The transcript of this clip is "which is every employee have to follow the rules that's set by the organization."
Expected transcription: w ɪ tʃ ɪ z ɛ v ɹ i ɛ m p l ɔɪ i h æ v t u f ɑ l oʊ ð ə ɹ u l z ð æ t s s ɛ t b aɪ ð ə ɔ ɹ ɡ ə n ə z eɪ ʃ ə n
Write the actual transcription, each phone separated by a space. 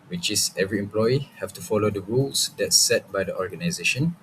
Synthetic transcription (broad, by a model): w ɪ tʃ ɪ s ɛ v ɹ i ɛ m p l ɔɪ i h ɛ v t u f ɑ l oʊ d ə ɹ u l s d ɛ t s s ɛ t b aɪ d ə ɔ ɹ ɡ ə n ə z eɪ ʃ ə n